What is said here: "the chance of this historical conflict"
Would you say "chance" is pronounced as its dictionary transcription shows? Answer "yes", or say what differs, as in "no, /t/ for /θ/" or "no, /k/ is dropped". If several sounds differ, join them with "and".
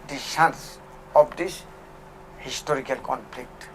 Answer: no, /ʃ/ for /tʃ/